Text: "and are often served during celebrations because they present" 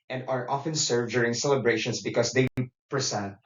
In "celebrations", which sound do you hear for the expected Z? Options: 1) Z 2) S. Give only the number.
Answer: 2